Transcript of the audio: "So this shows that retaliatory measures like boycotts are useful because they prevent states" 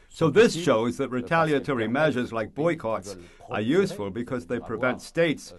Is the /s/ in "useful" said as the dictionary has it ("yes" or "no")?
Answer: yes